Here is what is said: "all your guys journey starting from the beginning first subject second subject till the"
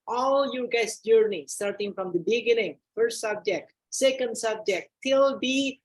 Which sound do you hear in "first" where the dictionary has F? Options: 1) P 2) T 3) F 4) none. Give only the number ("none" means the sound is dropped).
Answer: 3